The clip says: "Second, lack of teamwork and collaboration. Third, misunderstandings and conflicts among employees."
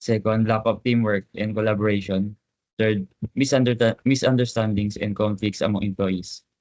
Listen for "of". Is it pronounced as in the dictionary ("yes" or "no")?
no